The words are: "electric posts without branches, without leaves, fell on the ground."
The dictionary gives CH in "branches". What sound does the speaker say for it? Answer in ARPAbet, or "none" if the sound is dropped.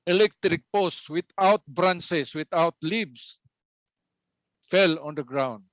S